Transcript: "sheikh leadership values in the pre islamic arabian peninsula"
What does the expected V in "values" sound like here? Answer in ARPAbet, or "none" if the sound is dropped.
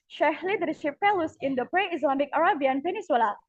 F